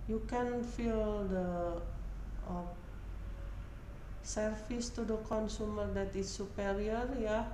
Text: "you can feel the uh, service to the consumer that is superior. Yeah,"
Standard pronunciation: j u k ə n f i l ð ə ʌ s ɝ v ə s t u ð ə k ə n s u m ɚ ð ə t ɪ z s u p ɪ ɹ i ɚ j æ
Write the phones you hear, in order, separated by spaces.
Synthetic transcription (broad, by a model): j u k ə n f i l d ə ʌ s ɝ f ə s t u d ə k ə n s u m ɚ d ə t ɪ s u p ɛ ɹ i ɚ j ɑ